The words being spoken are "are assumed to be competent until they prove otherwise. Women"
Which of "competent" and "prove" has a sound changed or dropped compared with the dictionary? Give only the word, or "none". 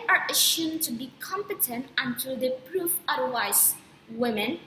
prove